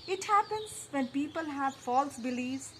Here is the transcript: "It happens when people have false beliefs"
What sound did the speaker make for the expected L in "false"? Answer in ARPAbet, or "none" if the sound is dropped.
L